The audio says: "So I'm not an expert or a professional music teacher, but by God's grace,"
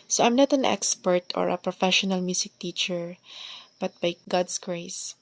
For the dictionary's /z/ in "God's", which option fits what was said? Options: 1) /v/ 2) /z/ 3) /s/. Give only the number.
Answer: 3